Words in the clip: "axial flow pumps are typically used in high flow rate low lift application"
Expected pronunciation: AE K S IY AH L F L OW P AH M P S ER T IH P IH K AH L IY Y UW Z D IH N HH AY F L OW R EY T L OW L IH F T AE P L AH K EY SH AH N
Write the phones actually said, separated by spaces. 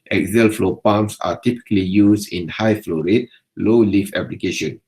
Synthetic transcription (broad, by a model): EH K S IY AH L F L OW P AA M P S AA T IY P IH K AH L IY Y UW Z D IH N HH AY F L OW R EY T L OW L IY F EH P L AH K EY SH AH N